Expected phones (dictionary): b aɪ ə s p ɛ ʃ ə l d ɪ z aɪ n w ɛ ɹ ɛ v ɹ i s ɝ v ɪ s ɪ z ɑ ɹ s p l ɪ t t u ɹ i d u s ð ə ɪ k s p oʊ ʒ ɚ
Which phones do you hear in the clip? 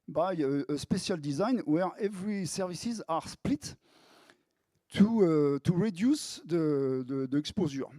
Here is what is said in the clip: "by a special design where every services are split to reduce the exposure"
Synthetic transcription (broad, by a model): b aɪ ə s p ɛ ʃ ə l d ɪ z aɪ n w ɛ ɹ ɛ v ɹ i s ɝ v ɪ s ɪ z ɑ ɹ s p l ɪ t t u ɹ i d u s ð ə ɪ k s p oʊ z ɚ